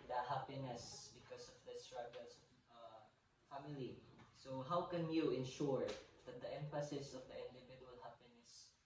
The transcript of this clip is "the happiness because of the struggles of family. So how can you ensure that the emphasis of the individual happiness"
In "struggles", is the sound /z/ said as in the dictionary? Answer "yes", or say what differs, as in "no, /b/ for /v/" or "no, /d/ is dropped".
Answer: no, /s/ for /z/